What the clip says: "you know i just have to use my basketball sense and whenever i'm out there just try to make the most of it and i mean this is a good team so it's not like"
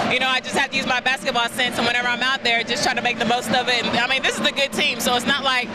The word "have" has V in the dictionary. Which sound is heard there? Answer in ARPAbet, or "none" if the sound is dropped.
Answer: F